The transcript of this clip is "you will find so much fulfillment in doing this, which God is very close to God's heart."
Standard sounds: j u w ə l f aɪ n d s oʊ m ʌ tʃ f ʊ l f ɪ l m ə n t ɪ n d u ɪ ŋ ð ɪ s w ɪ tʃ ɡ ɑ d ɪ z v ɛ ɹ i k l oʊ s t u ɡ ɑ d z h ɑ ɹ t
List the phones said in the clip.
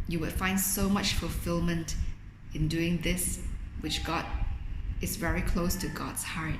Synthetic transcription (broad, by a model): j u w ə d f aɪ n d s oʊ m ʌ tʃ f ʊ l f ɪ l m ə n t ɪ n d u ɪ ŋ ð ɪ s w ɪ tʃ ɡ ɑ d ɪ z v ɛ ɹ i k l oʊ s t u ɡ ɑ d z h ɑ ɹ t